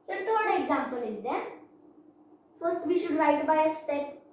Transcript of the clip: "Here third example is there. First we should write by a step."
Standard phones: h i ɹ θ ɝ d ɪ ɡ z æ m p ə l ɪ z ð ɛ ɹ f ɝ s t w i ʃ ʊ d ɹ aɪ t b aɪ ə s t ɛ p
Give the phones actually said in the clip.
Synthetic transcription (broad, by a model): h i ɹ t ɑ d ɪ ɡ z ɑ m p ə l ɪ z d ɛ ɹ f ɝ s t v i ʃ ʊ d ɹ aɪ t b aɪ ə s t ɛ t